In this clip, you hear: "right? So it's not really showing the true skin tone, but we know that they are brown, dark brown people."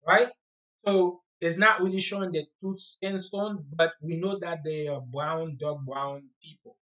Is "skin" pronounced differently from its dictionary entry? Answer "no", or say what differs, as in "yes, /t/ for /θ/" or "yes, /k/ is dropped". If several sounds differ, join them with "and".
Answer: yes, /k/ is dropped